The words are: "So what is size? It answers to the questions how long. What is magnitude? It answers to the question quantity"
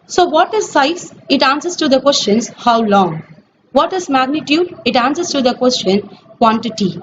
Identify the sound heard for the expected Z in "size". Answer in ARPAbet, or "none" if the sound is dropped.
S